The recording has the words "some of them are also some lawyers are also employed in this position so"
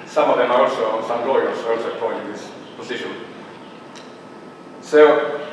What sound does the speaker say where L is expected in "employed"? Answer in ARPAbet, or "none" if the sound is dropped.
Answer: none